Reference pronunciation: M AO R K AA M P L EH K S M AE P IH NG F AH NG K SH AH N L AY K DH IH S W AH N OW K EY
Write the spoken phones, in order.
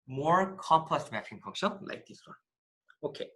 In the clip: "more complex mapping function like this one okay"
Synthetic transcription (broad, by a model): M AO R K AA M P L EH K S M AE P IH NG P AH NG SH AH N L AY K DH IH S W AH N OW K EY